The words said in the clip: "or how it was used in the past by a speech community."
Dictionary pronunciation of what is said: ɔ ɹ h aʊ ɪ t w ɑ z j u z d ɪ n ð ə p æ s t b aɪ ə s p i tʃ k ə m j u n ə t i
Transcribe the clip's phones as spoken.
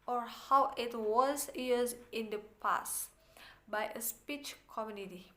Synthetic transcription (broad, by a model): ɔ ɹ h aʊ ɪ t w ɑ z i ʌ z ɪ n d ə p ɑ s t b aɪ ə s p i tʃ k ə m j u n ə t i